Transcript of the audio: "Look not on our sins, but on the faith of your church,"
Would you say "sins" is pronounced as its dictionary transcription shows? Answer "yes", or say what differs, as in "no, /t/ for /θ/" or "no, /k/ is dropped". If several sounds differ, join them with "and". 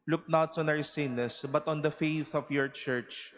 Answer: no, /s/ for /z/